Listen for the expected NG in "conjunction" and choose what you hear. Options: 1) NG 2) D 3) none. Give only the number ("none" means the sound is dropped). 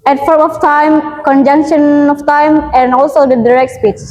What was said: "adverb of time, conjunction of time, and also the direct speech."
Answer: 1